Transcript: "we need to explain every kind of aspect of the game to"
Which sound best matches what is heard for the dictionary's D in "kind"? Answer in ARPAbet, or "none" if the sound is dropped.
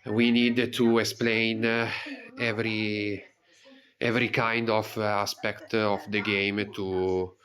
D